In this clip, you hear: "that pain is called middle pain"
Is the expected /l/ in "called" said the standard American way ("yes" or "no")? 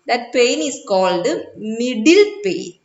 yes